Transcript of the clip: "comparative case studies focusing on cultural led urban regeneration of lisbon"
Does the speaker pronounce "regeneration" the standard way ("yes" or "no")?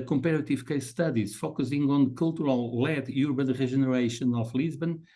no